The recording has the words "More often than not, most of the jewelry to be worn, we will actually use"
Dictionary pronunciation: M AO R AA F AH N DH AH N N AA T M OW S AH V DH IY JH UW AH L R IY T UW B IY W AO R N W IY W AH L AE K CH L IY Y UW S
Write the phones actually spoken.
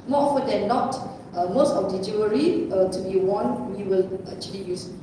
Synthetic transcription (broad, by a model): M AO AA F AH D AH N N AA T M OW S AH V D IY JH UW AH R IY T UW B IY W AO N W IY W AH L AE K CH L IY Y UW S